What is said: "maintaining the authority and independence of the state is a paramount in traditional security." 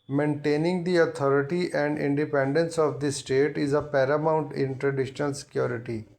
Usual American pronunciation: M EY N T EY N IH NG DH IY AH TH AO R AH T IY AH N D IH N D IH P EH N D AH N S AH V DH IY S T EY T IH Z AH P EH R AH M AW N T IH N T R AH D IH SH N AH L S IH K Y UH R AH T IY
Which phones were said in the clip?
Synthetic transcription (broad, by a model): M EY N T EY N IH NG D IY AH T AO R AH T IY AH N D IH N D IH P EH N D AH N S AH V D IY S T EY T IH Z AH P EH R AH M AW N T IH N T R AH D IH SH N AH L S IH K Y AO R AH T IY